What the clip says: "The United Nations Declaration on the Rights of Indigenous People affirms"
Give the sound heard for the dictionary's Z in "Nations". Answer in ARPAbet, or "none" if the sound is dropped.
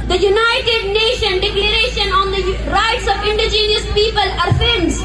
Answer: none